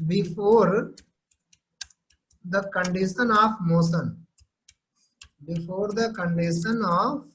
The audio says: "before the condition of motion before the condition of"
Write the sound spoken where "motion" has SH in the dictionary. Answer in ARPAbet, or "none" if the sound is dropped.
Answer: S